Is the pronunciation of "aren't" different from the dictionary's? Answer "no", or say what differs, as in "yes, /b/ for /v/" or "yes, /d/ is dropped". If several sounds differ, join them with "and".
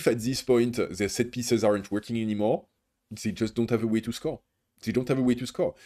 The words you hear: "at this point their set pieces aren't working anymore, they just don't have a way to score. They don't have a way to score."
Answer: no